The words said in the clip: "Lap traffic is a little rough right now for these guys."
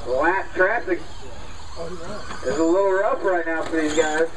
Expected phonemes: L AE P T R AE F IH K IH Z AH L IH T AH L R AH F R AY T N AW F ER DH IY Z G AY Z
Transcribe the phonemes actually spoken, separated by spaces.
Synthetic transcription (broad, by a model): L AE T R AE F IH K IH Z AH L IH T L R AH P R AY T N AW F ER DH IY Z G AY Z